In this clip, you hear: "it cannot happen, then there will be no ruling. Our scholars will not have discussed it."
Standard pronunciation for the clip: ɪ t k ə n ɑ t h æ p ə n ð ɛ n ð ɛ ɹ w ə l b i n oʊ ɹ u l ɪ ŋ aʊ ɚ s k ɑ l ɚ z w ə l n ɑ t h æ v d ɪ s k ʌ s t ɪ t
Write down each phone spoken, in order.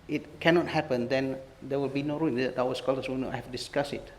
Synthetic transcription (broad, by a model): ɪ t k ə n ɑ t h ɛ p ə n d ɛ n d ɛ w ə l b i n oʊ ɹ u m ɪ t aʊ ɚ s k ɑ l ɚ s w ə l n ɑ t h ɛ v d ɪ s k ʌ s ɪ t